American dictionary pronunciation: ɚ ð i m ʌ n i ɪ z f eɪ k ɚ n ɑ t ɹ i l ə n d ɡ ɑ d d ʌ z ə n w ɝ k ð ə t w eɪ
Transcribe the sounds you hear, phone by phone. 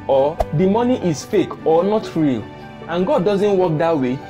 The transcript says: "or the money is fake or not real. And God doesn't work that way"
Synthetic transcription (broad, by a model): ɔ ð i m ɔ n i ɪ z f eɪ k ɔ n ɑ t ɹ i l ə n ɡ ɑ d d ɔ z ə n w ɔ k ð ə t w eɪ